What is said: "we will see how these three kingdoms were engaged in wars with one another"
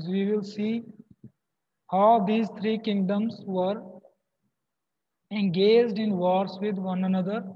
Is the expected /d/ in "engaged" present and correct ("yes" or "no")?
yes